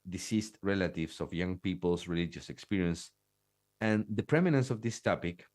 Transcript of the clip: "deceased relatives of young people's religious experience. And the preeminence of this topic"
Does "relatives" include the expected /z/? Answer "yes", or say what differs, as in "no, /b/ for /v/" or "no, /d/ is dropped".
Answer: no, /s/ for /z/